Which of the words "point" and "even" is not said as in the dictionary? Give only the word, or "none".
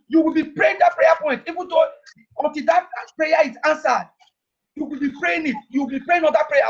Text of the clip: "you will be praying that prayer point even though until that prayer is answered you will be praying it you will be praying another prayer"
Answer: none